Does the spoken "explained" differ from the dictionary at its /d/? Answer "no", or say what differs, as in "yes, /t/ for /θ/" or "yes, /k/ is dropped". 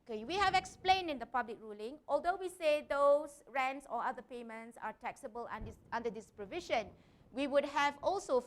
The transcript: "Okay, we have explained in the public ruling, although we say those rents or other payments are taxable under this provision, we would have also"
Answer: no